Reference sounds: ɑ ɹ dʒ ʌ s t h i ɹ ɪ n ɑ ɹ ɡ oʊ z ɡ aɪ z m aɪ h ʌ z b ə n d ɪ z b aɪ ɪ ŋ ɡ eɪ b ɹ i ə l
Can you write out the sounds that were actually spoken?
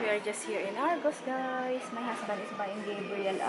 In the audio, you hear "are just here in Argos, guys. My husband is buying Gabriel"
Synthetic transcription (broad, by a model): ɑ ɹ dʒ ʌ s t h i ɹ ɪ n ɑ ɹ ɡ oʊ s ɡ aɪ s m aɪ h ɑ s b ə n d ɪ s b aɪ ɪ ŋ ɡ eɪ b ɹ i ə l